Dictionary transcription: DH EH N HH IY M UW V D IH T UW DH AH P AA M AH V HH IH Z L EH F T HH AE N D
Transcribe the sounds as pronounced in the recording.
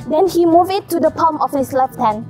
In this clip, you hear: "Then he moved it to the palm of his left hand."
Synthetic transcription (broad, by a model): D EH N HH IY M UW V IH T UW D AH P AA M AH F HH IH S L EH F T HH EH N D